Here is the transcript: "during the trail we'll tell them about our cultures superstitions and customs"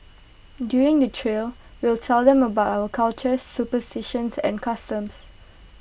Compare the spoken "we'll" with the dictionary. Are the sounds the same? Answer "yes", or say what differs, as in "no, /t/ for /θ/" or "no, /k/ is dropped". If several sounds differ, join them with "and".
yes